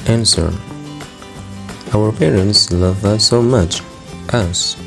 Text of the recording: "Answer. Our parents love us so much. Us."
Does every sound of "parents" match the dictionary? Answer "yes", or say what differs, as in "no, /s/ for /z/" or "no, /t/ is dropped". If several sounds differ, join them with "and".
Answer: yes